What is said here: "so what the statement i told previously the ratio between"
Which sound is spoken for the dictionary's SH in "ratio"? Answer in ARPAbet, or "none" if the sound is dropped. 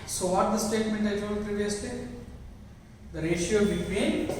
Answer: SH